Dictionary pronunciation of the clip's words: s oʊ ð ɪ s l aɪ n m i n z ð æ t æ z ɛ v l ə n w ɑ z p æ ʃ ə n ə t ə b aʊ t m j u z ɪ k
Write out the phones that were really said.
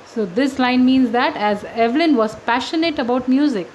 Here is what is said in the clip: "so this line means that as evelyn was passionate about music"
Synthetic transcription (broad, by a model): s oʊ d ɪ s l aɪ n m i n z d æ t æ z ɛ v l ə n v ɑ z p æ ʃ ə n ə t ə b aʊ t m j u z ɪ k